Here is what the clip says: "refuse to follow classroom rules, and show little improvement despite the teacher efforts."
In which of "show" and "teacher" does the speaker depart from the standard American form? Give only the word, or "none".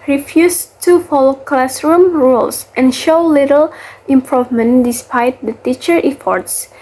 none